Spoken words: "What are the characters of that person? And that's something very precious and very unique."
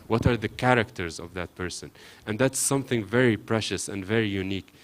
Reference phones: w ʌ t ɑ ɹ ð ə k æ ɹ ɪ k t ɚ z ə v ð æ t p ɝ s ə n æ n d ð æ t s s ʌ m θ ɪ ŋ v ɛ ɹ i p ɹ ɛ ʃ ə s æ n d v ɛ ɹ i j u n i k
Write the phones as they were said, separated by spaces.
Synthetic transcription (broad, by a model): w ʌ t ɑ ɹ ð ə k æ ɹ ɪ k t ɚ z ə v ð æ t p ɝ s ə n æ n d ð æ t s s ʌ m θ ɪ ŋ v ɛ ɹ i p ɹ ɛ ʃ ə s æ n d v ɛ ɹ i j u n i k